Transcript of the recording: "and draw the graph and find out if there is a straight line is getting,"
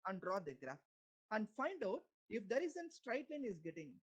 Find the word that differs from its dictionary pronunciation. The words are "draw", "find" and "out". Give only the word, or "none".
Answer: none